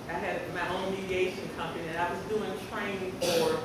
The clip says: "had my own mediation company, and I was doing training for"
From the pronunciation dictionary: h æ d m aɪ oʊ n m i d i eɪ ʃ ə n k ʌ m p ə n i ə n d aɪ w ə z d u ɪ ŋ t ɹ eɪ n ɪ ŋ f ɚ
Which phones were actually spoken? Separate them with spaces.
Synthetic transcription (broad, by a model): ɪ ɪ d m aɪ oʊ n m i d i eɪ ʃ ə n k ʌ m p ə n i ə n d aɪ w ə z d u ɪ ŋ t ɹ eɪ ɪ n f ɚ